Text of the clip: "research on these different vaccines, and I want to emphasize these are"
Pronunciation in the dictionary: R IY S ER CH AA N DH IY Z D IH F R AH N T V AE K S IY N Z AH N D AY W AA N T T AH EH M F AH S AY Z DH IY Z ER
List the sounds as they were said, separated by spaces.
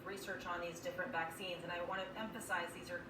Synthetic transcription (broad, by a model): R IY S ER CH N DH IY Z D IH F R AH N T V AE K S IY N Z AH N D AY W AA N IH T EH M F AH S AY Z DH IY Z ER